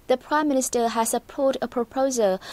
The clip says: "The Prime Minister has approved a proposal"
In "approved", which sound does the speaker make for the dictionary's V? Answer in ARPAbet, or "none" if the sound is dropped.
none